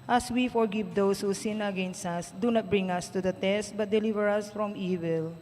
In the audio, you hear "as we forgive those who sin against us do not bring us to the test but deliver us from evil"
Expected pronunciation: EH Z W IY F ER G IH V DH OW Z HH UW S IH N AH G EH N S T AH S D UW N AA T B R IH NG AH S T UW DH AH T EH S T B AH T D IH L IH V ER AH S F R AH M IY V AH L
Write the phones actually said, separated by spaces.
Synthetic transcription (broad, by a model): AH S W IY F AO G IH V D OW S HH UW S IH N AH G EH N S T AH S D UW N AA T B R IH NG AH S T UW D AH T EH S T B AH T D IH L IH V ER AH S F R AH M IY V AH L